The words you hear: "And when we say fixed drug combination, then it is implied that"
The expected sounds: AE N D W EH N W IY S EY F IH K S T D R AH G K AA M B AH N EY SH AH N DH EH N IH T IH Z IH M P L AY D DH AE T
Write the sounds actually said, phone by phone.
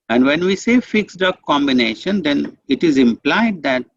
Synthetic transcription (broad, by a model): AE N D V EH N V IY S EY F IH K S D AH K AA M B AH N EY SH AH N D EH N IH T IH Z IH M P L AY D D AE T